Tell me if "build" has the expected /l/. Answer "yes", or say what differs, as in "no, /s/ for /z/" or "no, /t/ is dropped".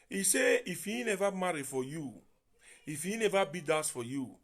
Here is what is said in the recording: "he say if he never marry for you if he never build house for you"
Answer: no, /l/ is dropped